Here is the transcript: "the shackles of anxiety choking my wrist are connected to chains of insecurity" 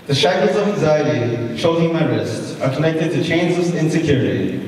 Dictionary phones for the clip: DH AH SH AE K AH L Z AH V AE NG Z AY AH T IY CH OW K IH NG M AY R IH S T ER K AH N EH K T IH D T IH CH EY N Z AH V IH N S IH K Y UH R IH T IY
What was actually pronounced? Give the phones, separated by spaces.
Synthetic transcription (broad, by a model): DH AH SH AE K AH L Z AH V AE NG Z AY AH T IY SH OW IH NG M AY R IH S T ER K AH N EH K T IH D T IH CH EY N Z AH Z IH N S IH K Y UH R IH T IY